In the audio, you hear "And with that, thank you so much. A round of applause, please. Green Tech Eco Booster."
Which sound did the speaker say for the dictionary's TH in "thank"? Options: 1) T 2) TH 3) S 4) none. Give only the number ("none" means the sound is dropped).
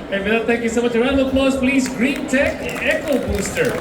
1